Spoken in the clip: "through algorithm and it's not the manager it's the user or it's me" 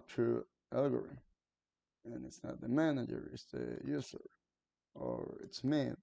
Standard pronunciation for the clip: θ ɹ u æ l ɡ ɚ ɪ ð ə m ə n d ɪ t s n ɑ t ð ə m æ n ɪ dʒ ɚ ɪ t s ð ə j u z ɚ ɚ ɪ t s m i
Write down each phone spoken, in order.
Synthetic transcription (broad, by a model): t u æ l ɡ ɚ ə ə n ɪ t s n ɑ t ð ə m æ n ɪ dʒ ɚ ɪ t s ð ə j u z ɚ ɚ ɪ t s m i